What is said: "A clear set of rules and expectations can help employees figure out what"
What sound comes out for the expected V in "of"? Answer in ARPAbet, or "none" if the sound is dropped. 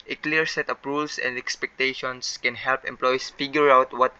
P